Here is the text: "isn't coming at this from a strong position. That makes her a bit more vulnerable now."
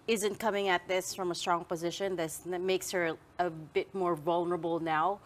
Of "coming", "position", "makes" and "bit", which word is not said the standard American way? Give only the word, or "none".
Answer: none